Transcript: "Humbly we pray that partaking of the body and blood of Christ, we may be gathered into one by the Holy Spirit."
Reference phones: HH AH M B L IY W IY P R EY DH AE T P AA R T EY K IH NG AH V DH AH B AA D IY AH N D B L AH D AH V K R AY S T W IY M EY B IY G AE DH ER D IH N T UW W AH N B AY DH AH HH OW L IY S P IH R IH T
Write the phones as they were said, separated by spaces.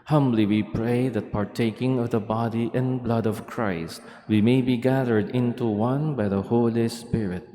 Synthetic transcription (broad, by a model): HH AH M B L IY W IY P R EY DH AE T P AA R T EY K IH NG AH V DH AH B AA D IY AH N B L AH D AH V K R AY S T W IY M EY B IY G AE DH ER D IH N T UW W AH N B AY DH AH HH OW L IY S P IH R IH T